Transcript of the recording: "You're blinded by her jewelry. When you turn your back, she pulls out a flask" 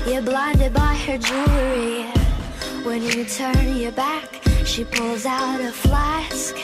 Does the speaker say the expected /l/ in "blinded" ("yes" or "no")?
yes